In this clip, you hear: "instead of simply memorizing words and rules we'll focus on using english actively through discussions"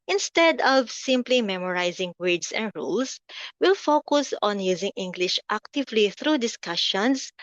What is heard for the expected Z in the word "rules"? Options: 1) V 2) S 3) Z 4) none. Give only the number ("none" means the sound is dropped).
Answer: 2